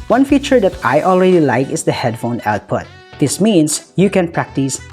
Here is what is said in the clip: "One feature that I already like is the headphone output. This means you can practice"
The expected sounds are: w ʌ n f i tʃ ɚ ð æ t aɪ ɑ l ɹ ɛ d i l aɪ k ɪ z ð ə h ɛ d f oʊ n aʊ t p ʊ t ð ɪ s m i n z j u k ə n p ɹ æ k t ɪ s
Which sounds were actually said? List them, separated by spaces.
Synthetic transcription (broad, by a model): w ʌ n f i tʃ ɚ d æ t aɪ ɑ l ɹ ɛ d i l aɪ k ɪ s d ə h ɛ d f oʊ n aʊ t p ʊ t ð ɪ s m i n s j u k ə n p ɹ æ k t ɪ s